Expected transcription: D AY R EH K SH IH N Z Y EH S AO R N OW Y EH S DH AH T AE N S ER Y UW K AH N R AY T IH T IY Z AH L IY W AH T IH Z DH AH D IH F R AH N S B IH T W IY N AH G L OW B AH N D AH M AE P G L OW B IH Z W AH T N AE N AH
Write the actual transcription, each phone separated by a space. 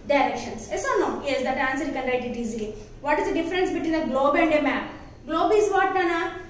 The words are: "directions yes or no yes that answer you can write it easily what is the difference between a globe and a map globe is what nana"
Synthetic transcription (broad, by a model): D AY R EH K SH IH N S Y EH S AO L N OW Y EH S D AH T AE N S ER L K AH N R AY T IH T IY Z AH L IY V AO T IH Z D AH D IH F R AH N S B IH T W IY N AH G L OW B AH N D AH M AE P G L OW B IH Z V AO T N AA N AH